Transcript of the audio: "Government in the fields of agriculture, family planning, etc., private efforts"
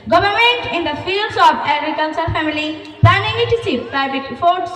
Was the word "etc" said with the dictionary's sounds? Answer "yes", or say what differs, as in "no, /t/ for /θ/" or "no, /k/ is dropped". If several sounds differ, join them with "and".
no, /s/ is dropped